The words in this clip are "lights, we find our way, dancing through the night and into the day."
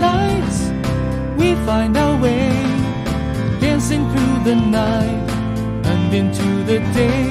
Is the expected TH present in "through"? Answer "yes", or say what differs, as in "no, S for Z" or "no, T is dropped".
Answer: yes